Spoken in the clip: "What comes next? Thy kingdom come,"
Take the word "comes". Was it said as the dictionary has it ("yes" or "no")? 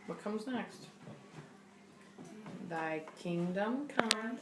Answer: yes